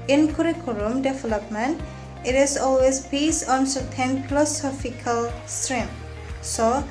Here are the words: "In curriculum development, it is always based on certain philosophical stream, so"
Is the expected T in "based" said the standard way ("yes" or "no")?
no